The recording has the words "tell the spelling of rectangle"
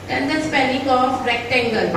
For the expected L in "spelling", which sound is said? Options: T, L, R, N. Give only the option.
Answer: N